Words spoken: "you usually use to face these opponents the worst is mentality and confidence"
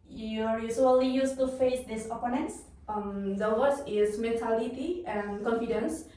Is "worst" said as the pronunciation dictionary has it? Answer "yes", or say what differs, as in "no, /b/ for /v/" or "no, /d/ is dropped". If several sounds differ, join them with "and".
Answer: no, /t/ is dropped